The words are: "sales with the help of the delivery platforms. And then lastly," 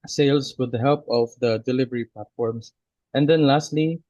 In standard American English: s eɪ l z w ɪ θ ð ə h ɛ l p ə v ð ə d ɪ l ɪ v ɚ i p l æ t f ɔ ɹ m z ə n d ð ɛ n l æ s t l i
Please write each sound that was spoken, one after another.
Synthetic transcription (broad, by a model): s eɪ l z w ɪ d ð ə h ɛ l p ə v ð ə d ɪ l ɪ v ɚ i p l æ t f ɔ ɹ m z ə n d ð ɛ n l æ s t l i